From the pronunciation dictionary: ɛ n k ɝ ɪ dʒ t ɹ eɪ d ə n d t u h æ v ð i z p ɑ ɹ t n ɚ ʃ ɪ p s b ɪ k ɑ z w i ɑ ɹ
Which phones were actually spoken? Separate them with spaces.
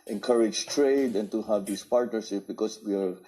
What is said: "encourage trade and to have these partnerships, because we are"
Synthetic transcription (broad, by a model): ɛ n k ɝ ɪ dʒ t ɹ eɪ d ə n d t u h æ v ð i s p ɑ ɹ t n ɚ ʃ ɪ p b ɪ k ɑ s w i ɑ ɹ